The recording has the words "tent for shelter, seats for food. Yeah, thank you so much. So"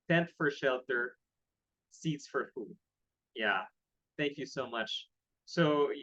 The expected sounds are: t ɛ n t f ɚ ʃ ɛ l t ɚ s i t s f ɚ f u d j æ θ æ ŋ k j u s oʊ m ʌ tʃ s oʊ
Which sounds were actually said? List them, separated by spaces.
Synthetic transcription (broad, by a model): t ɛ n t f ɚ ʃ ɛ l t ɚ s i t s f ɚ f u d j æ θ æ ŋ k j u s oʊ m ʌ tʃ s oʊ